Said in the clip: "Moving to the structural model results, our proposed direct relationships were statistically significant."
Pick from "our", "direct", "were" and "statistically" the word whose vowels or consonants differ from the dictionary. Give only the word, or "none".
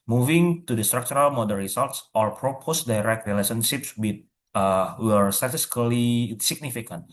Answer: statistically